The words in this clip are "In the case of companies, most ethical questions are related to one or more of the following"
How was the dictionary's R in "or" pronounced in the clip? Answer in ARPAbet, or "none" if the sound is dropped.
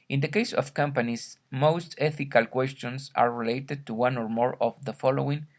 R